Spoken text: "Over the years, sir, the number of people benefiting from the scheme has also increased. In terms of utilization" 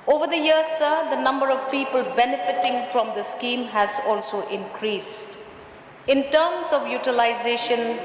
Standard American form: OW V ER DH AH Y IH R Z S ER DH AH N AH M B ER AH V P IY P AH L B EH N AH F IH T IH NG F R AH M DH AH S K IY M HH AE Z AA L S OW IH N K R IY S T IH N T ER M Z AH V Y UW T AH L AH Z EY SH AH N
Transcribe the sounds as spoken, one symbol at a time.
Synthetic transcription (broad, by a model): OW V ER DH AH Y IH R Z S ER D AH N AH M B ER AH V P IY P AH L B EH N AH F IH T IH NG F R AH M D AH S K IY M HH AE Z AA L S OW IH N K R IY S T IH N T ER M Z AH V Y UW T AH L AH Z EY SH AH N